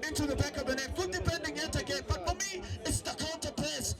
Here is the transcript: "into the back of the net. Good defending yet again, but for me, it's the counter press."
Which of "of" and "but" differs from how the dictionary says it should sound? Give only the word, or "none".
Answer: none